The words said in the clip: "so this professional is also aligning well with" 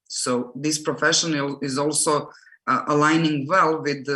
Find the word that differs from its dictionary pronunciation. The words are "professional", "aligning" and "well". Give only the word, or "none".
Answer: professional